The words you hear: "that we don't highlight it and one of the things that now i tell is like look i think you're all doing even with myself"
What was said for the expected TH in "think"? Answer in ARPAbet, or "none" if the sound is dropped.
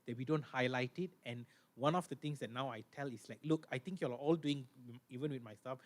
T